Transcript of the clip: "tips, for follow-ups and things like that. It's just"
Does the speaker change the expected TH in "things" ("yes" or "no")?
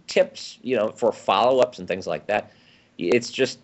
no